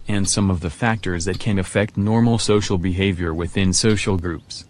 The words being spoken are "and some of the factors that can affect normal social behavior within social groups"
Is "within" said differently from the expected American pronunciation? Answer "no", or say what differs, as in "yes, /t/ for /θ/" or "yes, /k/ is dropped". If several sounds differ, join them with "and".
no